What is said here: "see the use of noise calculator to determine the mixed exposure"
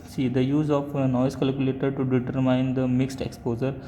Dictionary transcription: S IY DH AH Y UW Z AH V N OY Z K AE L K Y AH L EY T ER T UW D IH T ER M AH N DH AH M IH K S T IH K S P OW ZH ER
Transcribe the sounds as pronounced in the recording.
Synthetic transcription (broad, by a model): S IY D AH Y UW Z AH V N OY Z K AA L K Y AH L EY T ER T UW D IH T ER M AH N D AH M IH K S T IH K S P OW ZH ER